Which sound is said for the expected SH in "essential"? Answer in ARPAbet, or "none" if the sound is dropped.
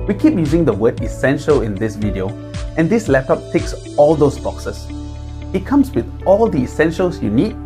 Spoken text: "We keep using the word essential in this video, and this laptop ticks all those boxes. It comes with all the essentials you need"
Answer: SH